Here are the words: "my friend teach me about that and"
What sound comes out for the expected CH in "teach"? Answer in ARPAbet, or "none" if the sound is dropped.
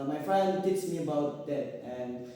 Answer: S